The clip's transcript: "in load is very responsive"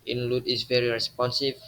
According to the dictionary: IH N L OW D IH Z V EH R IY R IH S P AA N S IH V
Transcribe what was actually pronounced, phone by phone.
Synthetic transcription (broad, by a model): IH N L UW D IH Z V EH R IY R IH S P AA N S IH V